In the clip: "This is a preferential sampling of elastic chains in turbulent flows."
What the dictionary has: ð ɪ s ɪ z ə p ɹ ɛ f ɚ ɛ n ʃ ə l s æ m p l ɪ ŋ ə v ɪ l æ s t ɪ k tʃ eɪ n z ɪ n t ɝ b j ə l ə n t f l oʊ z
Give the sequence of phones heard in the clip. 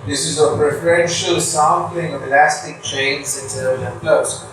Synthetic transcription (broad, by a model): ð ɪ s ɪ z ə p ɹ ɛ f ɚ ɛ n ʃ ə l s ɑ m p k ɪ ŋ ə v ɪ l æ s t ɪ k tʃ eɪ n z ɪ n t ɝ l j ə ə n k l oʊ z